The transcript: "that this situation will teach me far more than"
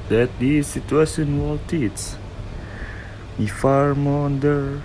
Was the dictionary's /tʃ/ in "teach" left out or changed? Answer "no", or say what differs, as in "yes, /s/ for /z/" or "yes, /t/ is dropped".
yes, /s/ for /tʃ/